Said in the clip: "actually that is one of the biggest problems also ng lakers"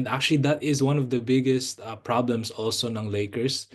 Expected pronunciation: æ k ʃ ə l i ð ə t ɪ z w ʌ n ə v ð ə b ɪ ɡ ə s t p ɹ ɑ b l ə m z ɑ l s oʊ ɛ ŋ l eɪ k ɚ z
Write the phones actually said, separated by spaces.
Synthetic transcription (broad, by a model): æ k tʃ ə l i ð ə t ɪ z w ʌ n ə v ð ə b ɪ ɡ ə s t p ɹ ɑ b l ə m s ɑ l s oʊ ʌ ŋ l eɪ k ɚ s